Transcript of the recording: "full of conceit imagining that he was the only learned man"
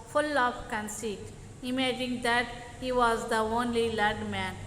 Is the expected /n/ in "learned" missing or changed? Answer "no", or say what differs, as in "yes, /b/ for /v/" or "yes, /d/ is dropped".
yes, /n/ is dropped